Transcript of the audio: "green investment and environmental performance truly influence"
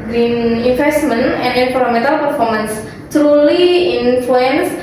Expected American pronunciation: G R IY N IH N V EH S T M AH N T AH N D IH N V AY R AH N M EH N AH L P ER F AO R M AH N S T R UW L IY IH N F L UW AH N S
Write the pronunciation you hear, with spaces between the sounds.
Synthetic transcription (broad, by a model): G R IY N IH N F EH S T M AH N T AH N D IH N F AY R M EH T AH L P ER F AO R M AH N S T R UW L IY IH N F L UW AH N S